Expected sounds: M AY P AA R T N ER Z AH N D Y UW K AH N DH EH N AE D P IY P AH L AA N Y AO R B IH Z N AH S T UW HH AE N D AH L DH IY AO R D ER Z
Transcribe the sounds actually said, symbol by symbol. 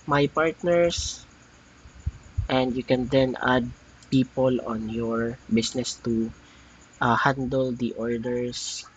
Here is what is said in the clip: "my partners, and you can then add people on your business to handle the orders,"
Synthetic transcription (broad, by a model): M AY P AA R T N ER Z AH N D Y UW K AH N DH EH N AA D P IY P AH L AA N Y AO R B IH S N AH S T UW HH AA N D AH L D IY AO R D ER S